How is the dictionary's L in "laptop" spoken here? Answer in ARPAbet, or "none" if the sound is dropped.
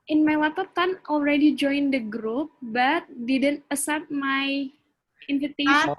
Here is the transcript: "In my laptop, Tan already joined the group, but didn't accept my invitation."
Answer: W